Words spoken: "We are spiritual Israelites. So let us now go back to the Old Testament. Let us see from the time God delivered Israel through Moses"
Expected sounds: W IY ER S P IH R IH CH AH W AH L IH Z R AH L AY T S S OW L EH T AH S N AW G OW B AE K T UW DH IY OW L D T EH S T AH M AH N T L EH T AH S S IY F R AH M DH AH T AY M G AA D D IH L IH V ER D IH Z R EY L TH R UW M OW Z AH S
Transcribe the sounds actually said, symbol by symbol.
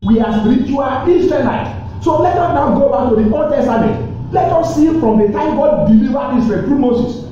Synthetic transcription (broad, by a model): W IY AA S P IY R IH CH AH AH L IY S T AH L AY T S S OW L EH T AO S N AW G OW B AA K T UW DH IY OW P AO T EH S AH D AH T L EH T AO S S IY F R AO M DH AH T AY M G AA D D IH L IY V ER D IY S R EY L T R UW M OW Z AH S